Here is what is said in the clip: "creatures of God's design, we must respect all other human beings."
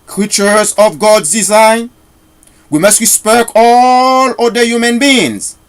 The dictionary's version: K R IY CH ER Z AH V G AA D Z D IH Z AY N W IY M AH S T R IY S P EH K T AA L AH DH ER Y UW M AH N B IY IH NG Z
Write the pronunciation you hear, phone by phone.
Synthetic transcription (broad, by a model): K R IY CH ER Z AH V G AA D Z D IH Z AY N W IY M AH S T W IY S P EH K AA L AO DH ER Y UW M AH N B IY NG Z